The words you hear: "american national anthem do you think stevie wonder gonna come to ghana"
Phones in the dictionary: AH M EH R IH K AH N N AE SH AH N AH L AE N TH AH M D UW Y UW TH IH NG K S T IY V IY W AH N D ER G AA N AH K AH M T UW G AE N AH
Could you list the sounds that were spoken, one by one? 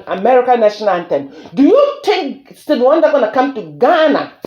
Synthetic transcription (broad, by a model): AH M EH R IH K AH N N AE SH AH N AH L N T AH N D UW Y UW T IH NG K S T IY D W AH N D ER G AA N AH K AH M T UW G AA N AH